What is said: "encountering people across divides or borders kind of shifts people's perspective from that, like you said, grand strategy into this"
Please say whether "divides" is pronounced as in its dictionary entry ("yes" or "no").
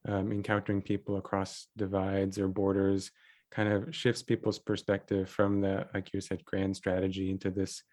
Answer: yes